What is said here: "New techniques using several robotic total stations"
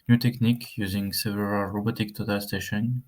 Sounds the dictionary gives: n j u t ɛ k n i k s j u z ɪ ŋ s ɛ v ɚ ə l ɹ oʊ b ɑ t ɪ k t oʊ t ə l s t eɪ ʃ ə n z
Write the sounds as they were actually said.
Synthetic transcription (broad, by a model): n j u t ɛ k n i k j u z ɪ ŋ s ɛ v ɚ ə l ɹ oʊ b ɑ t ɪ k t oʊ t ə l s t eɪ ʃ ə n